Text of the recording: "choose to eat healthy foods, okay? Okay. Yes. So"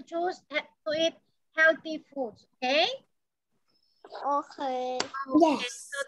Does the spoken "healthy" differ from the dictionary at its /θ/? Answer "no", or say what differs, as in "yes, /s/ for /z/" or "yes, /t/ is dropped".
yes, /t/ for /θ/